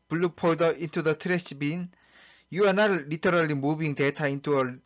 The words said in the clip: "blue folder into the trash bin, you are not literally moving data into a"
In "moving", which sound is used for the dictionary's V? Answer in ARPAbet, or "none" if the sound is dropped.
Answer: B